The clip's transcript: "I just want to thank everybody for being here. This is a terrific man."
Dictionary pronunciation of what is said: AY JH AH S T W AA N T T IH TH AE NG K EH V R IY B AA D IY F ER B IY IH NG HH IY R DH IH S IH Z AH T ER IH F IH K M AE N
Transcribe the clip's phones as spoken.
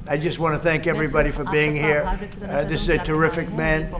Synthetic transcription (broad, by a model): AY JH AH S T W AA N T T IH TH AE NG K EH V R IY B AA D IY F ER B IY IH NG HH IY R DH IH S IH Z AH T ER IH F IH K M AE N